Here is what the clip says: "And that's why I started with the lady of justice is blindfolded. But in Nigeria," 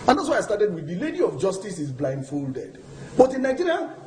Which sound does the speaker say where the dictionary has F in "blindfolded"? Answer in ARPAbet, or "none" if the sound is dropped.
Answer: F